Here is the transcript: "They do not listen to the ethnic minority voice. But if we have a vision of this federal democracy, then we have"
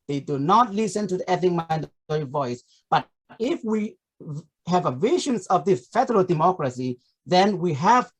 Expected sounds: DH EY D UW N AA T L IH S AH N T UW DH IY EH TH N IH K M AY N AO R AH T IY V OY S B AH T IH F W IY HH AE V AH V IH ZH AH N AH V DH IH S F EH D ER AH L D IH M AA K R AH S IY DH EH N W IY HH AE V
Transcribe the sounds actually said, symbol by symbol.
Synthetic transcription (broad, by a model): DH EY D UW N AA T L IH S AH N T UW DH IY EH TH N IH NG M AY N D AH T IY V OY S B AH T IH F W IY HH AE V AH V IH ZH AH N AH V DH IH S F EH D ER AH L D IH M AA K R AH S IY DH EH N W IY HH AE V